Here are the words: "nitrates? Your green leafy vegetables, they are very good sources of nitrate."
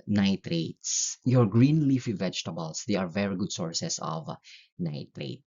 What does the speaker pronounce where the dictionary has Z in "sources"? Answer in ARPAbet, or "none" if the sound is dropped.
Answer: S